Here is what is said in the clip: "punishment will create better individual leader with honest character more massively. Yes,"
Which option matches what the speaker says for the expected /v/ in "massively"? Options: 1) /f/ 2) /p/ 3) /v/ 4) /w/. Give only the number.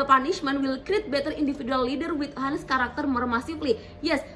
2